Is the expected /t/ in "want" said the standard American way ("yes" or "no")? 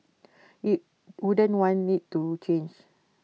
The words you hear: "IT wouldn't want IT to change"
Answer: no